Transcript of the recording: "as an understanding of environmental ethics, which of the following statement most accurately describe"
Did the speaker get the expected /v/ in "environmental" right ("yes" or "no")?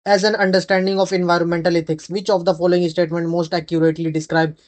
yes